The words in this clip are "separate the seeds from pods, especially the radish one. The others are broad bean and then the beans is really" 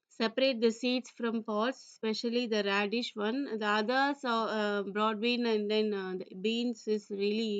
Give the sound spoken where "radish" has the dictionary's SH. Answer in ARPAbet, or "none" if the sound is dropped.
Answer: SH